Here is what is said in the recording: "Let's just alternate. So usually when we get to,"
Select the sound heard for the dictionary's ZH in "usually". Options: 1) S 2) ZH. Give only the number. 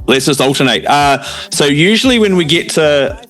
2